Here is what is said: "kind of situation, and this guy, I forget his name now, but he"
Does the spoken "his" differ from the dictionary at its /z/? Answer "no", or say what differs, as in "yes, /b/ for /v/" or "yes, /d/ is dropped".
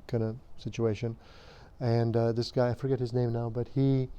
no